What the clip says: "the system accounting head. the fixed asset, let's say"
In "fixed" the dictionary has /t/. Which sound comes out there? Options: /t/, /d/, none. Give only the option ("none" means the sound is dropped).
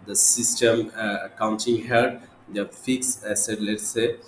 none